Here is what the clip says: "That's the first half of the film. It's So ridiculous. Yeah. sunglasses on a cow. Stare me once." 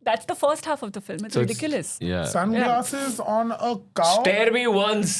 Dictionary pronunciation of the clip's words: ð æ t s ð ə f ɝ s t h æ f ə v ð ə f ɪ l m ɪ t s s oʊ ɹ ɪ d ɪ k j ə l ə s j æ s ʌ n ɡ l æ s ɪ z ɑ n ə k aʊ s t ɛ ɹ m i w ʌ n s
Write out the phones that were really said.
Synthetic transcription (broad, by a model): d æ t s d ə f ɝ s t h æ f ə v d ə f ɪ l m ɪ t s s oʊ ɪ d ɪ k j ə l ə s j æ s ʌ n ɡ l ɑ s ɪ z ɑ n ə k aʊ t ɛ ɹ m i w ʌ n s